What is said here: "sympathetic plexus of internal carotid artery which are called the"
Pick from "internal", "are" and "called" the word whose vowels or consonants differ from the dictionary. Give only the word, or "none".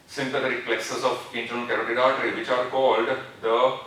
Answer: internal